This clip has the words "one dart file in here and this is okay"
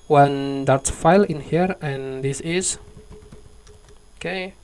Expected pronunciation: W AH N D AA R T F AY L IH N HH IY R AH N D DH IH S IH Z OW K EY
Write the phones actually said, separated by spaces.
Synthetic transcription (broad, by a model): W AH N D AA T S F AY L IH N HH IY R AH N D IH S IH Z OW K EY